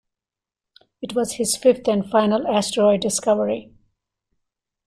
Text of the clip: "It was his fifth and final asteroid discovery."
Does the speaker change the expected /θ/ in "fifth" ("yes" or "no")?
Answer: yes